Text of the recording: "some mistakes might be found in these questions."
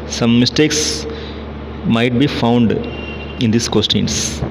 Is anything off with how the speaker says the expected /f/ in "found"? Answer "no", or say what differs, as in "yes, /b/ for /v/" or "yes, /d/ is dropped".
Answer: no